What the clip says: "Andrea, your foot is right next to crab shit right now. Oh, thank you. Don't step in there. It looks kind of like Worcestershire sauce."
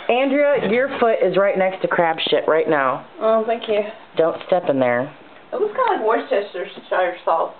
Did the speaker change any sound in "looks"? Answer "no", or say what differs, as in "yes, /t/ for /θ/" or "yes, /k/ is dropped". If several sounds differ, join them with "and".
yes, /w/ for /l/